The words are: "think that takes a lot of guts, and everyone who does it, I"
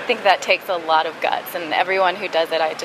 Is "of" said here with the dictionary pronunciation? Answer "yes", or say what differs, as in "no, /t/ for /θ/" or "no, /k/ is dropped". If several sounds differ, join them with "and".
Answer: yes